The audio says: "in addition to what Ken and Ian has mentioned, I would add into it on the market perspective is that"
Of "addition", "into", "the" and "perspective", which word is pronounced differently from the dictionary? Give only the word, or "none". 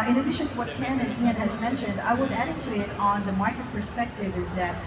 into